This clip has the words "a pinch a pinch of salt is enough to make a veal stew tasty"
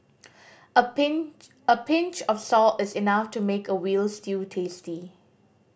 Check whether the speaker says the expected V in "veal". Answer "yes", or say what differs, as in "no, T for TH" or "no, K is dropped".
no, W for V